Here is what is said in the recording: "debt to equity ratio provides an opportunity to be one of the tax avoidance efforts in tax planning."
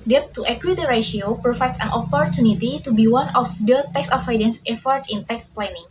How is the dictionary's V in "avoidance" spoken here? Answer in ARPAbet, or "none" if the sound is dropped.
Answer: F